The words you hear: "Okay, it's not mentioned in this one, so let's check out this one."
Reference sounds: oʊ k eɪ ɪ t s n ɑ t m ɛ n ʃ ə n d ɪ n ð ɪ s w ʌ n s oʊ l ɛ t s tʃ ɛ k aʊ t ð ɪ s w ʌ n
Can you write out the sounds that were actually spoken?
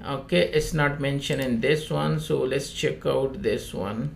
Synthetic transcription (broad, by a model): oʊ k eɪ ɪ t s n ɑ t m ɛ n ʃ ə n ɪ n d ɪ s w ʌ n s oʊ l ɛ t s tʃ ɛ k aʊ t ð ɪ s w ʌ n